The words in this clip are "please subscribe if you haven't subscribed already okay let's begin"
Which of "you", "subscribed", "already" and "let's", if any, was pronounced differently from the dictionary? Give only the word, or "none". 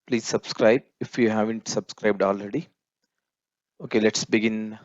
none